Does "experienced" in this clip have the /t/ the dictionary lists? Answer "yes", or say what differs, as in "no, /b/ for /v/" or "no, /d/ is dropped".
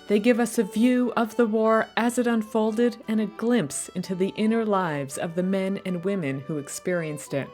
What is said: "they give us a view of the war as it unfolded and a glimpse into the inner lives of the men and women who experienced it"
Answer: yes